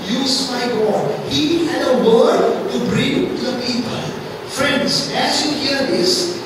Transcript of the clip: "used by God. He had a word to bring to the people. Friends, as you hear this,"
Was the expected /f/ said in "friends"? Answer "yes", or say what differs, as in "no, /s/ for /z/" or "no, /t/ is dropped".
yes